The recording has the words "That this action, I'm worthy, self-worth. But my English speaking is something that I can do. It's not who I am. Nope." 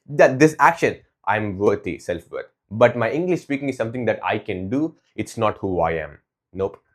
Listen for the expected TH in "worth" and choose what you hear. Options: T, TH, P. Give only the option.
T